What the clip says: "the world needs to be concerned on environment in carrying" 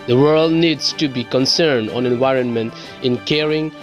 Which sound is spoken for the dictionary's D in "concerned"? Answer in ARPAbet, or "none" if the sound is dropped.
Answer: D